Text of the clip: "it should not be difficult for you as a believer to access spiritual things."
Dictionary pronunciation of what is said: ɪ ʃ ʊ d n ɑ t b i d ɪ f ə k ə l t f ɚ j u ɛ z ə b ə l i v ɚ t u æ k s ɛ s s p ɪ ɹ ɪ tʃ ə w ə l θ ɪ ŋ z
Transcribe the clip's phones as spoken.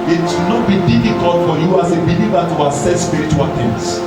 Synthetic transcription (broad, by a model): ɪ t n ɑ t b i d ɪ f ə k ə l t f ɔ j u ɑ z ə b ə l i v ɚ t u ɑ s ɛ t s p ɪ ɹ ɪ tʃ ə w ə l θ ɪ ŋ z